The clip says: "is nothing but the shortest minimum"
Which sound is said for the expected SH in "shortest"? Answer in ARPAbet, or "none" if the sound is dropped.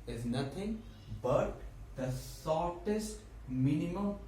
S